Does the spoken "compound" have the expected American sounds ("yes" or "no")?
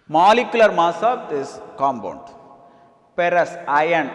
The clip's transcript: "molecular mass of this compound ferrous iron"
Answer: no